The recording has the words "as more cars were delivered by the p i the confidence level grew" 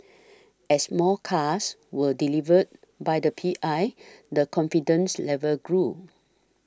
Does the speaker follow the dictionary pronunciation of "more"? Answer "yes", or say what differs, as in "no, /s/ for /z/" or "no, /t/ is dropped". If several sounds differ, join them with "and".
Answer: no, /l/ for /ɹ/